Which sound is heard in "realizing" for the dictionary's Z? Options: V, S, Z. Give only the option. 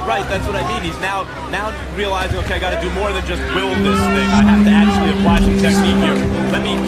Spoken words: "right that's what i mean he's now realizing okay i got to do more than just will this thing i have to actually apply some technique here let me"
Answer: Z